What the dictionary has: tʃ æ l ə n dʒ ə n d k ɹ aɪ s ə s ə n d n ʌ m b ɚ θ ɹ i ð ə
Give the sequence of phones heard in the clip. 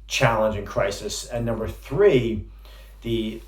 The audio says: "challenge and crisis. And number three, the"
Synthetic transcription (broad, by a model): tʃ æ l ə n dʒ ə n k ɹ aɪ s ə s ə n n ʌ m b ɚ θ ɹ i ð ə